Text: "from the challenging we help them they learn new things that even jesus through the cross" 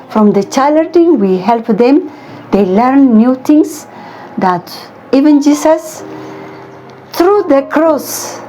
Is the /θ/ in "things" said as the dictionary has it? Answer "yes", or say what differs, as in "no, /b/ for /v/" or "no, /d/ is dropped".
no, /t/ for /θ/